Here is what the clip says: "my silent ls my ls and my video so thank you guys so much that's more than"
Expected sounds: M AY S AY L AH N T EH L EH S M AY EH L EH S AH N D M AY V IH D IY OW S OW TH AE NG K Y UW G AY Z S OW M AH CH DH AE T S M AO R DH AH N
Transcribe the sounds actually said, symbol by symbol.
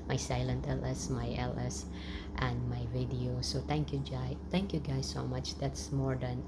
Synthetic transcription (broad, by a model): M AY S AY L AH N T EH L EH S M AY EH L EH S AH N D M AY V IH D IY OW S OW T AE NG K Y UW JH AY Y S OW M AH CH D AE T S M AO R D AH N